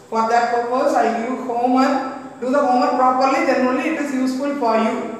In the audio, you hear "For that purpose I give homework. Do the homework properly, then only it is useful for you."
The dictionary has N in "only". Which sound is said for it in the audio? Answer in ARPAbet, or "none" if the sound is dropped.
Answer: none